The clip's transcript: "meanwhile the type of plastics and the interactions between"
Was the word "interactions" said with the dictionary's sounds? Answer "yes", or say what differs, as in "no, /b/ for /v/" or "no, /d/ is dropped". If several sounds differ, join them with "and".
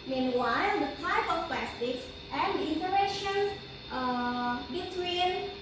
no, /k/ is dropped